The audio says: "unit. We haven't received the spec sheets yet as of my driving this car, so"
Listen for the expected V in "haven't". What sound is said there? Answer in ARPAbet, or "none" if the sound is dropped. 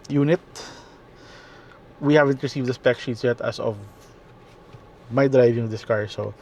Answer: V